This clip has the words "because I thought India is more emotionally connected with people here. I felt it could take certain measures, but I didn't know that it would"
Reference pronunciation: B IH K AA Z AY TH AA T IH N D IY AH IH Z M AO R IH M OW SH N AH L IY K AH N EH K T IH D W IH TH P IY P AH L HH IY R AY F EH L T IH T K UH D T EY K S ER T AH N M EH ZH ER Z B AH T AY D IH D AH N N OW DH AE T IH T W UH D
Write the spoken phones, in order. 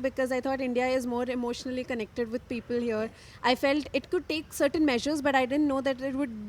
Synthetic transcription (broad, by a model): B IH K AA Z AY T AA T IH N D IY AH IH Z M AO R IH M OW SH N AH L IY K AH N EH K T IH D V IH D P IY P AH L HH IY R AY F EH L T IH T K UH D T EY K S ER T AH N M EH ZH ER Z B AH T AY D IH D AH N N OW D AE T IH T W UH D